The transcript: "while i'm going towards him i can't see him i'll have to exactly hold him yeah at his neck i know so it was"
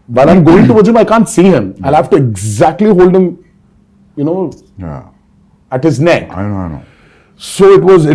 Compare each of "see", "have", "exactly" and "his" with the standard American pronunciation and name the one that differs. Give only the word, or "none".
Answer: have